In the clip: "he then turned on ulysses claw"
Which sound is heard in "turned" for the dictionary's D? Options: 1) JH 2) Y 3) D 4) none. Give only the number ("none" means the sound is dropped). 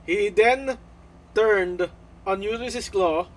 3